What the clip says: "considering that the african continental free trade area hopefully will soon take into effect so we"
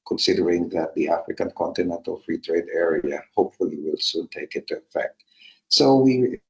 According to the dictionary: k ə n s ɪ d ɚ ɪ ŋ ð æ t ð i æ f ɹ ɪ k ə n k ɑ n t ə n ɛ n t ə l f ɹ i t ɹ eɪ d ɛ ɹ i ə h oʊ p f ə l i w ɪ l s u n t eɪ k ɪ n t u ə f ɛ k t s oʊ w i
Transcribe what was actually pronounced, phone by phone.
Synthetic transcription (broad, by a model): k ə n s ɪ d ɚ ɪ ŋ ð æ t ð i æ f ɹ ɪ k ə n k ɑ n t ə n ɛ n t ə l f ɹ i t ɹ eɪ d ɛ ɹ i ə h oʊ p f ə l i w ɪ l s u n t eɪ k ɪ n t u ə f ɛ k t s oʊ w i